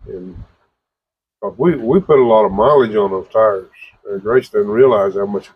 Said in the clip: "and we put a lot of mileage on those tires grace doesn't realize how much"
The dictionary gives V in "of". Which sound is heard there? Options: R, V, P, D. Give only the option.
V